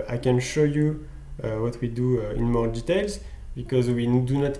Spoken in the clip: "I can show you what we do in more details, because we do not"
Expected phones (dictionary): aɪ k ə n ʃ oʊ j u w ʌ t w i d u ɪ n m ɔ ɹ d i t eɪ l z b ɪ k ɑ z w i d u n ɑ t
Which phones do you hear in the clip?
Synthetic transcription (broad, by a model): aɪ k ə n ʃ oʊ j u w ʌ t w i d u ɪ n m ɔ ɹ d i t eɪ l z b ɪ k ɑ z w i d u n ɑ t